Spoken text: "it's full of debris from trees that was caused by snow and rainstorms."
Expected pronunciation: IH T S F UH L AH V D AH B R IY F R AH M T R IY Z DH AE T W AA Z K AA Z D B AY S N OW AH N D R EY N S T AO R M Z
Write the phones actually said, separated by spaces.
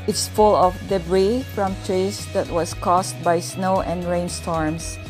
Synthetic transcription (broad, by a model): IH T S F UH L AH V D AH B R IY F R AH M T R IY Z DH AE T W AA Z K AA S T B AY S N OW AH N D R EY N S T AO R M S